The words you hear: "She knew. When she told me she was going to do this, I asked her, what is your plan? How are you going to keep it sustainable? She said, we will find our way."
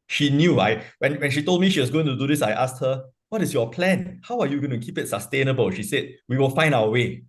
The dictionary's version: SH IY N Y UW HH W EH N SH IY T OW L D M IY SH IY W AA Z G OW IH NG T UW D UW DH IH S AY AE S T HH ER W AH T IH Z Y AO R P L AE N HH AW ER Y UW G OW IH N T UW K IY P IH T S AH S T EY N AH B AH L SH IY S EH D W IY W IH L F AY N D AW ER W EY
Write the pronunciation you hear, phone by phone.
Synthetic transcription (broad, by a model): SH IY N Y UW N W EH N SH IY T OW L D M IY SH IY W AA S G OW IH NG T UW D UW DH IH S AY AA S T HH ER W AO T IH S Y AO P L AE N HH AW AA Y UW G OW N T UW K IY P IH T S AH S T EY N AH B AH L SH IY S EH D W IY W IH L F AY N D AW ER W EY